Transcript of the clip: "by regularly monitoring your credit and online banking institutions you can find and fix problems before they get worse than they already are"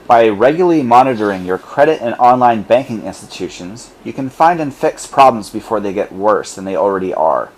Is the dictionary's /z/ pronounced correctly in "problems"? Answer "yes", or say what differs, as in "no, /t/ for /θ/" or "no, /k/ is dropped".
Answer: yes